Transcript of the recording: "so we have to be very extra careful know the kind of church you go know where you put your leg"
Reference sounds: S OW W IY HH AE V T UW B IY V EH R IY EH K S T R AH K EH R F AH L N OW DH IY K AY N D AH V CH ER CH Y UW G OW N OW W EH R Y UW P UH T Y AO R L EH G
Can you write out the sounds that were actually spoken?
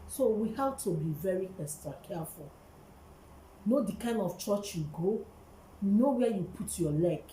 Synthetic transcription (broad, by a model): S OW W IY HH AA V T UW B IY V EH R IY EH S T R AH K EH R F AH L N OW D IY K AY N D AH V CH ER CH Y UW G OW N OW W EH Y UW P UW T Y AO L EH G